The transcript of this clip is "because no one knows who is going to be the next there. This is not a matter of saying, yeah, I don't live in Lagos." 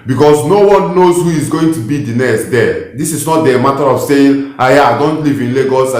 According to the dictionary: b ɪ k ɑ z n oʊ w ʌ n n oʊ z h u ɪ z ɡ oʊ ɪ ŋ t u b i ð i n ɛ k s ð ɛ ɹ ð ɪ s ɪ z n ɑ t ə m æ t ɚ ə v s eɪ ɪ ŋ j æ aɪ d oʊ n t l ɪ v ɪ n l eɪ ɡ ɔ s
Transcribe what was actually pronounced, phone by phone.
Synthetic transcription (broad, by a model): b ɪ k ɑ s n oʊ w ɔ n n oʊ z h u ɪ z ɡ oʊ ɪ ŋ t u b i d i n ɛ s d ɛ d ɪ s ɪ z n ɑ t ə m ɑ t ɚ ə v s eɪ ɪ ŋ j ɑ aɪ d oʊ n t l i v ɪ n l eɪ ɡ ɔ s